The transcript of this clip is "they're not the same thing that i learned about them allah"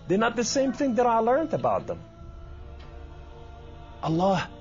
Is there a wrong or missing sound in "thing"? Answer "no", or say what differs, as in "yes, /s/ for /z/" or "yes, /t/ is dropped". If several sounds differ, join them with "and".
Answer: no